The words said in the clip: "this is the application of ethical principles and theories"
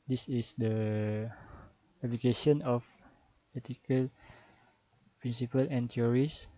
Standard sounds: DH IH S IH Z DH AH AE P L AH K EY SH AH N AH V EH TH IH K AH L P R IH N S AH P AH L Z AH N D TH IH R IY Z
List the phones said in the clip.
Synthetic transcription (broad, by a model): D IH S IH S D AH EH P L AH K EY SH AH N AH F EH T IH K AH L P R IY N S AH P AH L AH N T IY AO R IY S